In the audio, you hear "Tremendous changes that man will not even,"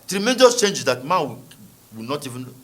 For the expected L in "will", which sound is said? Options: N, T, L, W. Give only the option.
W